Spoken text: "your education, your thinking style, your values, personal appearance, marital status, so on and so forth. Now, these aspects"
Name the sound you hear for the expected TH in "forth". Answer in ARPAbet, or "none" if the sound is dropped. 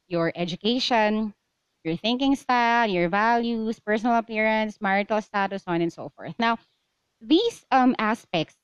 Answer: TH